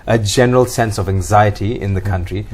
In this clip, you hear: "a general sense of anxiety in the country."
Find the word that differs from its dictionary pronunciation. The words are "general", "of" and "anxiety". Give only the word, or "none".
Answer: none